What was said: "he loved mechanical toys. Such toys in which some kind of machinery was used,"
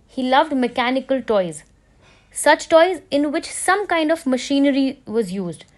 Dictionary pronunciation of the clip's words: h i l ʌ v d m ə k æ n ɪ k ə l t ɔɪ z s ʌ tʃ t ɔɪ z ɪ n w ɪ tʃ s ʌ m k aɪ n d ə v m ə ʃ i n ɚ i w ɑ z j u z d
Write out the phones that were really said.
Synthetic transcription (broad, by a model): h i l ʌ v d m ə k æ n ɪ k ə l t ɔɪ z s ʌ tʃ t ɔɪ z ɪ n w ɪ tʃ s ʌ m k aɪ n d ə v m ə ʃ i n ɚ i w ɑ z j u z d